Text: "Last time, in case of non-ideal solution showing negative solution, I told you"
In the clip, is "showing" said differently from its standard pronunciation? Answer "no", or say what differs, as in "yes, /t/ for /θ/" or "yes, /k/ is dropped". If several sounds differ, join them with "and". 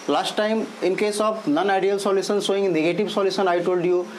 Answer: yes, /s/ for /ʃ/